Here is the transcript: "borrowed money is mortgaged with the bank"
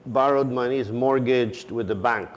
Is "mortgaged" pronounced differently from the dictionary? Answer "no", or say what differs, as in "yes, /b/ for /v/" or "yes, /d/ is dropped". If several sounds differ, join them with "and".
no